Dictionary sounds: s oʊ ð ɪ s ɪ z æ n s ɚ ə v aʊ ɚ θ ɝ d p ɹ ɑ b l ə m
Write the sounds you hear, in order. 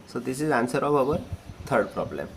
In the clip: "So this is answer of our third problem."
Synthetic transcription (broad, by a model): s oʊ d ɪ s ɪ z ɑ n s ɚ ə b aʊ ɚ t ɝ d p ɹ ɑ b l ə m